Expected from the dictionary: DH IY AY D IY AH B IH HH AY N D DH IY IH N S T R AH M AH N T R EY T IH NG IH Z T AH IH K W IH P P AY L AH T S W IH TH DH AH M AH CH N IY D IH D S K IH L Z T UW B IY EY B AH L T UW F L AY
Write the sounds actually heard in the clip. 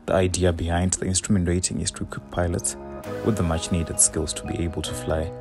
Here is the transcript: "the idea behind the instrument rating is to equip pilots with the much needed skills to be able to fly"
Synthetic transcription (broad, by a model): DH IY AY D IY AH B IH HH AY N D DH IY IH N S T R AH M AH N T R EY T IH NG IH S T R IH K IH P P AY L AH T S W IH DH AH M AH CH N IY D IH D S K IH L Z T UW B IY EY B AH L T UW F L AY